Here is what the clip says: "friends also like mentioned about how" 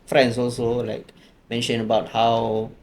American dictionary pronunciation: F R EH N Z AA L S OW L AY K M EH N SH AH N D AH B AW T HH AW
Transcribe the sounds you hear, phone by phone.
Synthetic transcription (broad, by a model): F R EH N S AA L S OW L AY K M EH N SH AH N AH B AW T HH AW